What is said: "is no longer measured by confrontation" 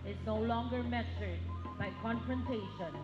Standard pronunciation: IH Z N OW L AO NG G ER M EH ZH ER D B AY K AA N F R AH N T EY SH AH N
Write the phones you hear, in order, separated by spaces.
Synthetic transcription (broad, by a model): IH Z N OW L AO NG G ER M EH S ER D B AY K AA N F R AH N T EY SH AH N